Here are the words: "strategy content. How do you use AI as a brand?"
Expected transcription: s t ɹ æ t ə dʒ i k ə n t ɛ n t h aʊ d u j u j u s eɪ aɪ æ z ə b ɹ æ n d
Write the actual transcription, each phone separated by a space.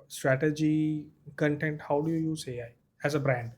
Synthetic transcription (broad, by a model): s t ɹ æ t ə dʒ i k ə n t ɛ n t h aʊ d u j u j u s eɪ aɪ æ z ə b ɹ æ n d